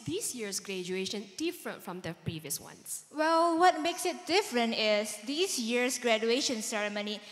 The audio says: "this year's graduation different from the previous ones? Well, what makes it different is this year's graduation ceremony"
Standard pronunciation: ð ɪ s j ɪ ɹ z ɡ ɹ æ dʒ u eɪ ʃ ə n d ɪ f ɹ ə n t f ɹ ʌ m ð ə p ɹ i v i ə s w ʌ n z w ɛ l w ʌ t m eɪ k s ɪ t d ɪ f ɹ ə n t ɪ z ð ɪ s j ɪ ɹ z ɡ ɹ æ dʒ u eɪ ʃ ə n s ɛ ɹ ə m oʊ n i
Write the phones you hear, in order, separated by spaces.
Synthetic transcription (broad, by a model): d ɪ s j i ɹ s ɡ ɹ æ dʒ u eɪ ʃ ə n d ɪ f ɹ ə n t f ɹ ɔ m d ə p ɹ i v i ə s w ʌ n s w ɛ l w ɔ t m eɪ k s ɪ t d ɪ f ɹ ə n t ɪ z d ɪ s j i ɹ s ɡ ɹ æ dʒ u eɪ ʃ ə n s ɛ ɹ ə m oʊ n i